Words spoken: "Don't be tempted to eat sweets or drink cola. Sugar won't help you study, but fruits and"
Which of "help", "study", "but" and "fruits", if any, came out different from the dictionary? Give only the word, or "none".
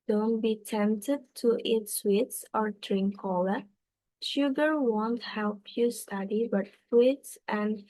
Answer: fruits